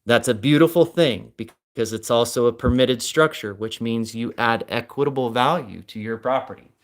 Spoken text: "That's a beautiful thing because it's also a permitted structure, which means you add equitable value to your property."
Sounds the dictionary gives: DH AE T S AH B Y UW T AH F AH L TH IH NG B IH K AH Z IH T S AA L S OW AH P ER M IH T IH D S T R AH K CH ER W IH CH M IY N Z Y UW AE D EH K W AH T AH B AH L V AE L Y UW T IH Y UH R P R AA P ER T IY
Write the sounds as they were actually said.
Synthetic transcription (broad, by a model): DH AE T S AH B Y UW T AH F L TH IH NG B IH K AH Z IH T S AA L S OW AH P ER M IH T IH D S T R AH K CH ER W IH CH M IY N Z Y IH AE D EH K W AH T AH B L V AE L Y UW T IH Y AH R P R AA P ER T IY